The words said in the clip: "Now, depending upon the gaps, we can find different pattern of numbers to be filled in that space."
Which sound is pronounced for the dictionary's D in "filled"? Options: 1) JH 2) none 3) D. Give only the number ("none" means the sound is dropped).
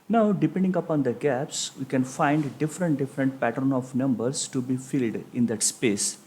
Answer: 3